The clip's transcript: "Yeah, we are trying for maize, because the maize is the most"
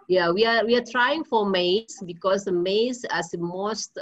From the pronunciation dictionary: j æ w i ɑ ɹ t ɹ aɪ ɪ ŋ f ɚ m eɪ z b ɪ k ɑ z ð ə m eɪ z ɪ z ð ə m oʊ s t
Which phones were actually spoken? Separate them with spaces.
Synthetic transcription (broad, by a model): j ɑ w i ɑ w t ɹ aɪ ɪ ŋ f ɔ m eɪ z b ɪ k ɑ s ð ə m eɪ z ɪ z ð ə m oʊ s t